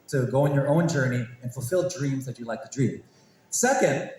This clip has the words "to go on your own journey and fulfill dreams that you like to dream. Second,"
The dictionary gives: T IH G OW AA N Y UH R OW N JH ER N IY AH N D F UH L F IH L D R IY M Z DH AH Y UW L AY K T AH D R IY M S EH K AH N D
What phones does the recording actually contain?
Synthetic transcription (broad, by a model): T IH G OW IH N Y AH R OW N JH ER N IY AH N F UH L F IH L D R IY M Z DH AH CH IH L AY K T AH D R IY M S EH K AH N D